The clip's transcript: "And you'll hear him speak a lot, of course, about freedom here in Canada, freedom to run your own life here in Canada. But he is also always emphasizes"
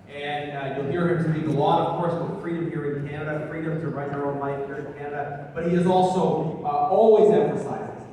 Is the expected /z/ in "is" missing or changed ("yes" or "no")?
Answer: no